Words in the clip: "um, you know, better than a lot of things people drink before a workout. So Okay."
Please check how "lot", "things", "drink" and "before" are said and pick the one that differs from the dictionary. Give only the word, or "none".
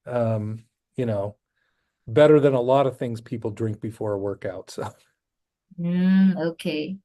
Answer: none